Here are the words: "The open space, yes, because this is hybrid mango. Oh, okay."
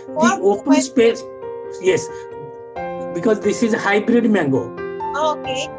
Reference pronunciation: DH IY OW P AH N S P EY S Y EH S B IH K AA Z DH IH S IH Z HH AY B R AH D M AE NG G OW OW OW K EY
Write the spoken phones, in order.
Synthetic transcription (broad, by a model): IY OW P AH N S P EY S Y EH S B IH K AA Z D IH S IH Z HH AY B R AH D M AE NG G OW OW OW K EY